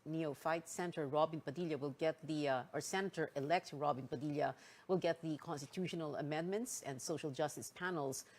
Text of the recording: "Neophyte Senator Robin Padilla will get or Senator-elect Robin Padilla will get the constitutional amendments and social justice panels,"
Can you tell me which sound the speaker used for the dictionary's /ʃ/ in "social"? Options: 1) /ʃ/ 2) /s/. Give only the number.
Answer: 1